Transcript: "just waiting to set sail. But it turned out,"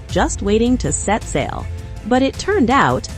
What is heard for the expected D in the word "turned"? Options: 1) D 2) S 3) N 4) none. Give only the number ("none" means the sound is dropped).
1